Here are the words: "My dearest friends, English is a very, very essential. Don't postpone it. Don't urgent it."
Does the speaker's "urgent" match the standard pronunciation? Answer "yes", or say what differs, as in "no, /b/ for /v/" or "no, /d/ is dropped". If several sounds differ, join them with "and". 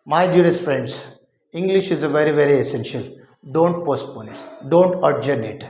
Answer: no, /t/ is dropped